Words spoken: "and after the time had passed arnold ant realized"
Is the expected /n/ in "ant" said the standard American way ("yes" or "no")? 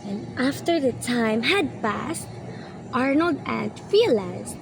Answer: yes